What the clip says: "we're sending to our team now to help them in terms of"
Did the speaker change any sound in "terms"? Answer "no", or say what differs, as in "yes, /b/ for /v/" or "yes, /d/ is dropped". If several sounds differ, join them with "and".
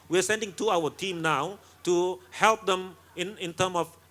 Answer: yes, /z/ is dropped